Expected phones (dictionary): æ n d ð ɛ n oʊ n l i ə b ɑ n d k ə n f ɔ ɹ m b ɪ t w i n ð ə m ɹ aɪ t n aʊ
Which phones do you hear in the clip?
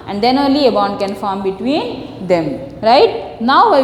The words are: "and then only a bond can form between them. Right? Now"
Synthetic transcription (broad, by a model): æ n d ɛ n oʊ n l i ə b ɑ n d k ə n f ɔ ɹ m b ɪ t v i n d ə m ɹ aɪ t n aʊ